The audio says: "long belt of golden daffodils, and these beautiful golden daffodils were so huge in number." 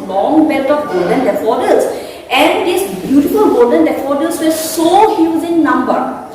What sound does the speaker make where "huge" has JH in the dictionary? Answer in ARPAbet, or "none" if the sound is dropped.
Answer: Z